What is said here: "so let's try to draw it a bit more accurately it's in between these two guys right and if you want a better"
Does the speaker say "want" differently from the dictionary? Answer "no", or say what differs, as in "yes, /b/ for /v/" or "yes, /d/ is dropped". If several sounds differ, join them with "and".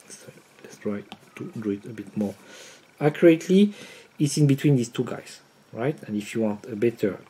no